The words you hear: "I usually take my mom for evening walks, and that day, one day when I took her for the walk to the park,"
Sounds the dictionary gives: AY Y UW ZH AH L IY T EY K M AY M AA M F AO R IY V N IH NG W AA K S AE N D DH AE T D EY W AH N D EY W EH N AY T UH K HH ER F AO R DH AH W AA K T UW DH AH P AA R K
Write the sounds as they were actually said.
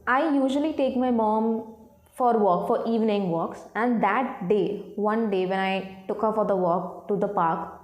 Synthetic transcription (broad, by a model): AY Y UW ZH AH L IY T EY K M AY M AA M F AO R IY V N IH NG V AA K S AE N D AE T D EY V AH N D EY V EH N AY T UH K HH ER F AO R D AH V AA K T UW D AH P AA R K